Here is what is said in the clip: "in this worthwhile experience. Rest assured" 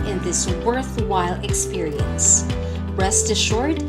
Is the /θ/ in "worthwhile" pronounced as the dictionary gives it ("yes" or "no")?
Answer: yes